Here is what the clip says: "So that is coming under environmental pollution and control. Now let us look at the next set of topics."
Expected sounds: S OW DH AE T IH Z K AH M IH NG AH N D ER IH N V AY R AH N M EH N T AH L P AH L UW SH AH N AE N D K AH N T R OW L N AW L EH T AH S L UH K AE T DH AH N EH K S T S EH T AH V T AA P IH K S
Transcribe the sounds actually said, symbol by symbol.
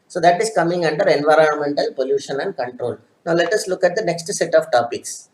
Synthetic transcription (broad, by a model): S OW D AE T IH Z K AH M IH NG AH N D ER IH N V AY R AH N M EH N T AH L P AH L UW SH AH N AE N D K AH N T R OW L N AW L EH T AH S L UH K AE T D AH N EH K S T S EH T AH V T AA P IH K S